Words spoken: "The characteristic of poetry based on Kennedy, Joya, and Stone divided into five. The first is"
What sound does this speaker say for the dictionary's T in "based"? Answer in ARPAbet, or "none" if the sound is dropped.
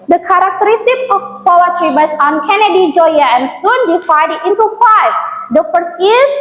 none